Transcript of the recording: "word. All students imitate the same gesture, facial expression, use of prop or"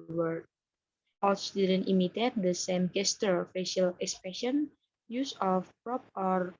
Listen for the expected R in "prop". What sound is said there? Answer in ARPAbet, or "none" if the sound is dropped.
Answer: R